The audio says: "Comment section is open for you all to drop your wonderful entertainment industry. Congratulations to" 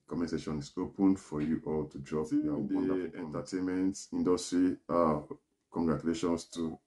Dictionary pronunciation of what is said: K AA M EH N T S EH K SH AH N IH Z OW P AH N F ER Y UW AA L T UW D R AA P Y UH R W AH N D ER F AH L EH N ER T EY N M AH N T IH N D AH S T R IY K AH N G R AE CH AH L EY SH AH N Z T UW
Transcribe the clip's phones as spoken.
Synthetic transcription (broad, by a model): K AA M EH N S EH SH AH N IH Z OW P AH N F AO Y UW AA L T UW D R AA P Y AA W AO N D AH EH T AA T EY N M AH N T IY N D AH S T R IY K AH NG G R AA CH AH L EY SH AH N S T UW